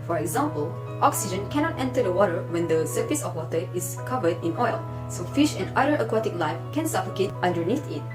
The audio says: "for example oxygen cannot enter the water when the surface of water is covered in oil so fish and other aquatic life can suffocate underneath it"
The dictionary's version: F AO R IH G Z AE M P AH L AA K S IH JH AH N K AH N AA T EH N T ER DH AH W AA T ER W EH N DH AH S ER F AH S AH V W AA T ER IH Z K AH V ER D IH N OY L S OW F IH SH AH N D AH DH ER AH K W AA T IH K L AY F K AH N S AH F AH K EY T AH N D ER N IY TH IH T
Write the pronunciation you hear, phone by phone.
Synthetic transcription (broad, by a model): F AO R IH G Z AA M P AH L AA K S IH JH AH N K AH N AA T EH N T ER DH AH W AA T ER W EH N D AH S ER F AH S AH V W AA T ER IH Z K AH V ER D IH N OY L S OW F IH SH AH N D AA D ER AH K W AA T IH K L AY F K AH N S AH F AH K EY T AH N D ER N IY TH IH T